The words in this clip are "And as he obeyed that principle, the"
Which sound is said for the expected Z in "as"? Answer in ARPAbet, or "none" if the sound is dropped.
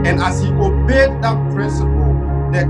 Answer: S